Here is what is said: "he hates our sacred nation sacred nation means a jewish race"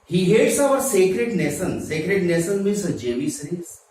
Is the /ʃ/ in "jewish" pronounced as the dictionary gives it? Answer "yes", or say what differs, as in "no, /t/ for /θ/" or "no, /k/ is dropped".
no, /s/ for /ʃ/